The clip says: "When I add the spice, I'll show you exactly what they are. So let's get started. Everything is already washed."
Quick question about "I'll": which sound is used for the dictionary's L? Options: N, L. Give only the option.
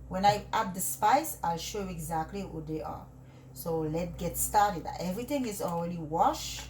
L